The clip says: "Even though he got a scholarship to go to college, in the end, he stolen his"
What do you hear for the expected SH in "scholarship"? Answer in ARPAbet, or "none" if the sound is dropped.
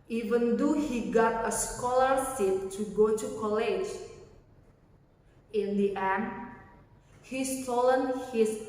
S